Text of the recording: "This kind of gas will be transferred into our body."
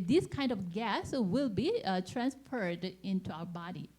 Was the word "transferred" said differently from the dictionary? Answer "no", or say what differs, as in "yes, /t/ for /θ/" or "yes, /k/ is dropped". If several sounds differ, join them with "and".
no